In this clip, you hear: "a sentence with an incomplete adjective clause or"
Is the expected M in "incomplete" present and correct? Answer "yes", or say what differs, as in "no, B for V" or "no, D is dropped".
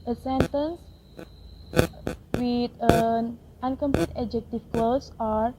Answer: yes